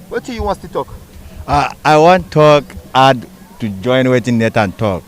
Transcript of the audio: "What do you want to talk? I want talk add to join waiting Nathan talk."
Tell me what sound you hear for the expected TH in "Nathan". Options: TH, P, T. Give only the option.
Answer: T